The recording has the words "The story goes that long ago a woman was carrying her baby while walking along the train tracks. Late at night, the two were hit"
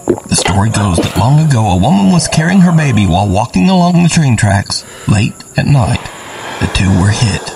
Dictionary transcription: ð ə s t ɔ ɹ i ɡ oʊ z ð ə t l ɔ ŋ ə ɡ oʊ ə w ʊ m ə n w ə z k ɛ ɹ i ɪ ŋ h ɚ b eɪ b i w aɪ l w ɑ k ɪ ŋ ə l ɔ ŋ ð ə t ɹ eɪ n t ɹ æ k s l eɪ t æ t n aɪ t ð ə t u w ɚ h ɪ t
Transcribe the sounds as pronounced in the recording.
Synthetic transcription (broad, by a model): ð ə s t ɔ ɹ i ɡ oʊ z ð ə t l ɔ ŋ ə ɡ oʊ ə w ʊ m ə n w ə z k ɛ ɹ i ɪ ŋ ɚ b eɪ b i w aɪ l w ɑ k ɪ ŋ ə l ɔ ŋ ð ə t ɹ eɪ n t ɹ æ k s l eɪ t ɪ t n aɪ t ð ə t u w ɚ h ɪ t